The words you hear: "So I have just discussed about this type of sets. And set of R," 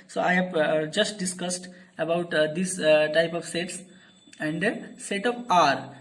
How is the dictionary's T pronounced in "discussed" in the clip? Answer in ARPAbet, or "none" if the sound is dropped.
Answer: T